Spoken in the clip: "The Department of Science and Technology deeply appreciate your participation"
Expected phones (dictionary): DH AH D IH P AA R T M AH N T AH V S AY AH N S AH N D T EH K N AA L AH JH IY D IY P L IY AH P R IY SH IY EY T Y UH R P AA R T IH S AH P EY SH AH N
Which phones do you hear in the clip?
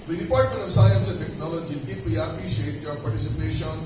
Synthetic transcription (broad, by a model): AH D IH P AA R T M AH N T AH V S AY AH N S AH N T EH K N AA L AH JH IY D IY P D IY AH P IY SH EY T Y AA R P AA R T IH S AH P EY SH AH N